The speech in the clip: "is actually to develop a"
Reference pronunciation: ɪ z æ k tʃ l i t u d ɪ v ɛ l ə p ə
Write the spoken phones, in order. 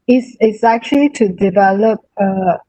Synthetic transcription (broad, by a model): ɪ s æ k tʃ l i t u d ɪ v ɛ l ə p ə